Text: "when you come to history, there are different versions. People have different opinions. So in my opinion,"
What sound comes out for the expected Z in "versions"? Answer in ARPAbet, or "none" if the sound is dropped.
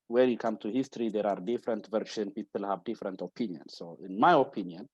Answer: none